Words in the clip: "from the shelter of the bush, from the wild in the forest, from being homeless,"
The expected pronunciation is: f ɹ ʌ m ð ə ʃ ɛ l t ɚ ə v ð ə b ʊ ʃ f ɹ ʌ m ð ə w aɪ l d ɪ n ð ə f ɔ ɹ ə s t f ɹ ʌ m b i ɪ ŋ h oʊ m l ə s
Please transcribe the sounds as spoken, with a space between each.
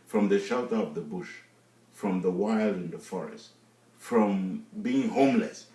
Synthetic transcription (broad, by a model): f ɹ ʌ m ð ə ʃ ɛ l t ɚ ə v ð ə b ʊ ʃ f ɹ ʌ m ð ə w aɪ l d ɪ n ð ə f ɔ ɹ ə s t f ɹ ʌ m b i ɪ ŋ h oʊ m l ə s